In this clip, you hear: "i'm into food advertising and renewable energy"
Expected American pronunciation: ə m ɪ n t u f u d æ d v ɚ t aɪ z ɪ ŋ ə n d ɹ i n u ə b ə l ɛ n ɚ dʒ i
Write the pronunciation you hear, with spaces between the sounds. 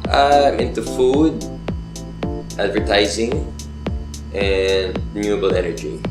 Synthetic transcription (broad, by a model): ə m ɪ n t u f u d æ d v ɚ t aɪ z ɪ ŋ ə n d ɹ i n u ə b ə l ɛ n ɚ dʒ i